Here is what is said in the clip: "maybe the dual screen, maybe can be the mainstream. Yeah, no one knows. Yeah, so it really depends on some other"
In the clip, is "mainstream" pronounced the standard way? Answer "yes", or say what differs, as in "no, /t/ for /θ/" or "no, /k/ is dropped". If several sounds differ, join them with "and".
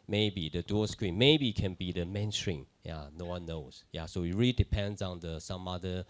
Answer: no, /s/ is dropped